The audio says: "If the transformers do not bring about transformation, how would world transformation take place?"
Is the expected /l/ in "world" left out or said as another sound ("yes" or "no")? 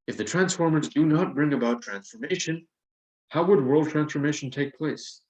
no